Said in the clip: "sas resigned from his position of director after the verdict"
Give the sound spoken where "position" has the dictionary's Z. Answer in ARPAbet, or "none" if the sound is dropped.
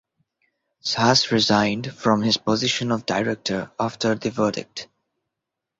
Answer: Z